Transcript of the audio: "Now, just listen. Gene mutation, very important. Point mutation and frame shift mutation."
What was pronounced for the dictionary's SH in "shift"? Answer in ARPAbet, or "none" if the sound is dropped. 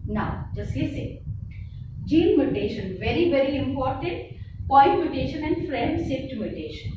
S